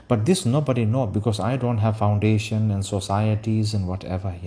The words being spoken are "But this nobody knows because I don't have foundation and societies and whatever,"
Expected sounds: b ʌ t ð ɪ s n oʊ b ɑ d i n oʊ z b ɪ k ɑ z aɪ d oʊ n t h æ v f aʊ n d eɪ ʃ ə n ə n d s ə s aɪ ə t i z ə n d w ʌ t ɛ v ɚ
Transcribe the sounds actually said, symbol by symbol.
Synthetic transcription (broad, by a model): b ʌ t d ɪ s n oʊ b ɑ d i n oʊ b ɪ k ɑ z aɪ d oʊ n t h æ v f aʊ n d eɪ ʃ ə n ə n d s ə s aɪ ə t i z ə n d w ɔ t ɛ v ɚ